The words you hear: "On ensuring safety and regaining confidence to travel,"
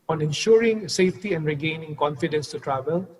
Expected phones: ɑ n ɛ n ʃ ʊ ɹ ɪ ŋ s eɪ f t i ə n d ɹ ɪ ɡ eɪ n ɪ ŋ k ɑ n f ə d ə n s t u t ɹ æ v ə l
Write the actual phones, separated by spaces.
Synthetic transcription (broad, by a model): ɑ n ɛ n ʃ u ɹ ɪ ŋ s eɪ f t i ə n d ɹ ɪ ɡ eɪ n ɪ ŋ k ɑ n f ə d ə n s t u t ɹ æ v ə l